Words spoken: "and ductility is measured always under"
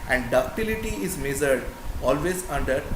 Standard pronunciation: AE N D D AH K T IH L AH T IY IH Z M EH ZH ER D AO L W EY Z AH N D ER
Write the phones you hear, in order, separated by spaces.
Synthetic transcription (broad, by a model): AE N D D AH T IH L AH T IY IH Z M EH Z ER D AO L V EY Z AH N D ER